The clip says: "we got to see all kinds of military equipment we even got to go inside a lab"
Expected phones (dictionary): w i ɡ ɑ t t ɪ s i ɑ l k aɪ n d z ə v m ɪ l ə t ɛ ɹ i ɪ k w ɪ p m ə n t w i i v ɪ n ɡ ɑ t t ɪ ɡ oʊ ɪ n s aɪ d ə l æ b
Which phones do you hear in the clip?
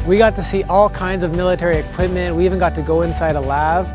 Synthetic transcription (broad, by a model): w i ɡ ɑ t t ɪ s i ɑ l k aɪ n d z ə v m ɪ l ə t ɛ ɹ i ɪ k w ɪ p m ə n t w i i v ɪ n ɡ ɑ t t ɪ ɡ oʊ ɪ n s aɪ d ə l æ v